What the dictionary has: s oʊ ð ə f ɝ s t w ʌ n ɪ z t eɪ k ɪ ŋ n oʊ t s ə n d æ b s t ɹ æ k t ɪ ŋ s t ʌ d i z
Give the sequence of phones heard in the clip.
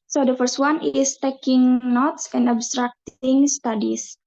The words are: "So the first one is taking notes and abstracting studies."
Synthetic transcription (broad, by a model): s oʊ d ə f ɝ s t w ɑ n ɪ s t eɪ k ɪ ŋ n oʊ t s ə n d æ b s t ɹ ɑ k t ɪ ŋ s t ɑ d i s